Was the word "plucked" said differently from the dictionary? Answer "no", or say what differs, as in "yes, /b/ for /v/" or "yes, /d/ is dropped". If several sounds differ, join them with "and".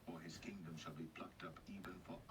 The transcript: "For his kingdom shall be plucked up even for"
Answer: no